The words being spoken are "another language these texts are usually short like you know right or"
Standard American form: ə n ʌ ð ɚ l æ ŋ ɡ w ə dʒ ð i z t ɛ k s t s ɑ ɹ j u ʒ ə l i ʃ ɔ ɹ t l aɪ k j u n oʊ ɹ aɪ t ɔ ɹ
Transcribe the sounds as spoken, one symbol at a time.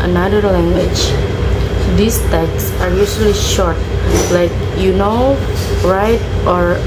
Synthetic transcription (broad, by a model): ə n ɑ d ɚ l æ ŋ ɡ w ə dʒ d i s t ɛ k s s ɑ ɹ j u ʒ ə l i ʃ ɔ ɹ t l aɪ k j u n oʊ ɹ aɪ t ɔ ɹ